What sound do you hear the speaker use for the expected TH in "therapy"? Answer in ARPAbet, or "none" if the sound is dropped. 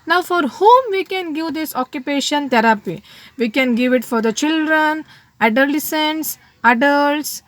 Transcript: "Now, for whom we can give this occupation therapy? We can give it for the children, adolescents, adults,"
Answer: T